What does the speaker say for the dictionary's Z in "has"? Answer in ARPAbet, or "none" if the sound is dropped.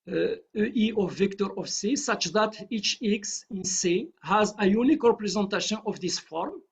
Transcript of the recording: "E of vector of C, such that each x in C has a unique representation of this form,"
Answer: Z